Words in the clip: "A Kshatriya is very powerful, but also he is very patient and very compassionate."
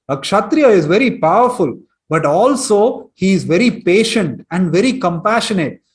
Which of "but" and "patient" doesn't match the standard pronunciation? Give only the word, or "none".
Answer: none